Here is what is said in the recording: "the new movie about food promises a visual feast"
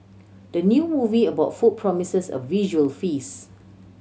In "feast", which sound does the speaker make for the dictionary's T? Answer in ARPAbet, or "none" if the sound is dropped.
none